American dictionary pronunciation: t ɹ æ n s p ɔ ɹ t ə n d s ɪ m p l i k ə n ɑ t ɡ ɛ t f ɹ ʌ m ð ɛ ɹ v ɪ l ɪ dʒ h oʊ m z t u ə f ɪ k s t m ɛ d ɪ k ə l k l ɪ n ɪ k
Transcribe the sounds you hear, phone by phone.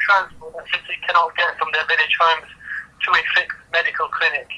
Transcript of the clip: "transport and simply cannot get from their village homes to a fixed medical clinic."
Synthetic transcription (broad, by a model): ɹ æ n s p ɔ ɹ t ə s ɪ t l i k ə n ɑ t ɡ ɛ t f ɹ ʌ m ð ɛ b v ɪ n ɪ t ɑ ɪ m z t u ə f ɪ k t m ɛ d ɪ k ə l k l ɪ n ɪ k